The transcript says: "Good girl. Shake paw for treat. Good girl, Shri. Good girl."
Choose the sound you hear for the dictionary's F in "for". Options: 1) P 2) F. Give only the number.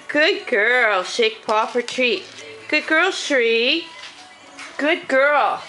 1